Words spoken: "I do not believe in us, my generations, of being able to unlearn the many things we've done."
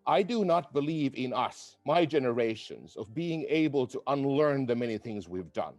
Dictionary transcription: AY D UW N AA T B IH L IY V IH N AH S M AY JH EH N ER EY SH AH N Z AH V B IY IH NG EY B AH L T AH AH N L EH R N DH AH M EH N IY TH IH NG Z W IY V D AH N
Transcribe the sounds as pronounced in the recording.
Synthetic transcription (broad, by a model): AY D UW N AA T B IH L IY V IH N AH S M AY JH EH N ER EY SH AH N Z AH V B IY IH NG EY B AH L T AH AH N L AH R N DH AH M EH N IY TH IH NG Z W IY V D AH N